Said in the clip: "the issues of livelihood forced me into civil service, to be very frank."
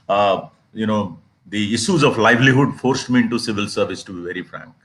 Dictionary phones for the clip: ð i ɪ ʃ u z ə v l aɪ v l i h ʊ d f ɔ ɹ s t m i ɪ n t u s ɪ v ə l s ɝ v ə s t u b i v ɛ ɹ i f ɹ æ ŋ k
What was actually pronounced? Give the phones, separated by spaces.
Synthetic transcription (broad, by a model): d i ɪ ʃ u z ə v l aɪ v l i h ʊ d f ɔ ɹ s t m i ɪ n t u s ɪ v ə l s ɝ v ə s t u b i v ɛ ɹ i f ɹ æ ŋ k